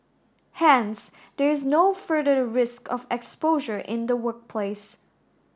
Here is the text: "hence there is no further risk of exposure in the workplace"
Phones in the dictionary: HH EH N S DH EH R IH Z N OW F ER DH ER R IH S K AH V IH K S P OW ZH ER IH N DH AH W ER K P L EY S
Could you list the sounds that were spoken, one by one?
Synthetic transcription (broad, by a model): HH EH N S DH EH R IH Z N OW F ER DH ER R IH S K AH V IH K S P OW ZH ER IH N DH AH W ER K P L EY S